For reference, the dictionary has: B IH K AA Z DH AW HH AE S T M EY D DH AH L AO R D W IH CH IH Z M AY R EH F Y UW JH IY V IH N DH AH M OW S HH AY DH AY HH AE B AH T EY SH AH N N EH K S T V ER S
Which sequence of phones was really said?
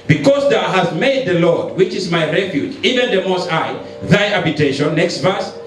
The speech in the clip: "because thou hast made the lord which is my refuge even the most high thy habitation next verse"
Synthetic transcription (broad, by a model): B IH K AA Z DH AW HH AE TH M EY D DH AH L AO R D W IH CH IH Z M AY R EH F Y UW JH IY V IH N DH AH M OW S AY DH AY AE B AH T EY SH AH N N EH K S T V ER S